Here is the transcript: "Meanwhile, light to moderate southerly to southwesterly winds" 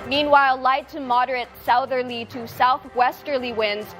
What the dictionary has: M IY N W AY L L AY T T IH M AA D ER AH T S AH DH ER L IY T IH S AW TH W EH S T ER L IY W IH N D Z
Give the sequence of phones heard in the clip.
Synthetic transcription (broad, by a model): M IY N W AY L L AY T T IH M AA D ER AH T S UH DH ER L IY T IH S AW TH W EH S T ER L IY W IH N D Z